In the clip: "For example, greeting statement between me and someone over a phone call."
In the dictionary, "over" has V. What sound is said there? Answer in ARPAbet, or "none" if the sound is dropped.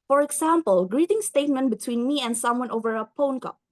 V